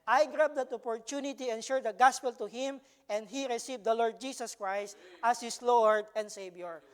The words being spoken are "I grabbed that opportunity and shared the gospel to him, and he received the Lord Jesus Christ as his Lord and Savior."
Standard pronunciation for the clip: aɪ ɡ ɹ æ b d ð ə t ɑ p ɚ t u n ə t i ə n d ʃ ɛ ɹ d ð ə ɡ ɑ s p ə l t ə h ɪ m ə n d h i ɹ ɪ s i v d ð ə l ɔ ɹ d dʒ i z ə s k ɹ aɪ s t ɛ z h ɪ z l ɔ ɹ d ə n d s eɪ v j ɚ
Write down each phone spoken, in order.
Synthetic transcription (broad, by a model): aɪ ɡ ɹ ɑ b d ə t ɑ p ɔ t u n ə t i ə n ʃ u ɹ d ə ɡ ɑ s p ə l t ə h ɪ m ə n d h i ɹ ɪ s i v d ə l ɔ ɹ d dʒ i s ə s k ɹ aɪ s t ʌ s h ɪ s l ɔ ɹ d ə n d s eɪ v j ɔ